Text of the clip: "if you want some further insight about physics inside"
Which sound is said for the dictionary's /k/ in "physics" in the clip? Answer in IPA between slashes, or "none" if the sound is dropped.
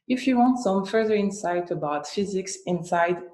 /k/